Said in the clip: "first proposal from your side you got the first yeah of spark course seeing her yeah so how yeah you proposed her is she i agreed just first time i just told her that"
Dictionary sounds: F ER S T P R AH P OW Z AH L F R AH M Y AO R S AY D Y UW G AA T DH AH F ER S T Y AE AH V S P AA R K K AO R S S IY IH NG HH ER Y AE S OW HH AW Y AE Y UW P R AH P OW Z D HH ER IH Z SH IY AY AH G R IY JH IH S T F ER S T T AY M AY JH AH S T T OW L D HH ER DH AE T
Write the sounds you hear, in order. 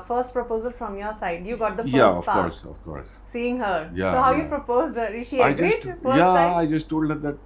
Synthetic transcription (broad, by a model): F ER S T P R AH P OW Z AH L F R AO M Y AO R S AY D Y UW G AA T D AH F Y AE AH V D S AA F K K AO R S S IY IH NG HH ER Y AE S OW HH AW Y Y UW P R AH P OW Z D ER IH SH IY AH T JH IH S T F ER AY AY JH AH S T T OW L D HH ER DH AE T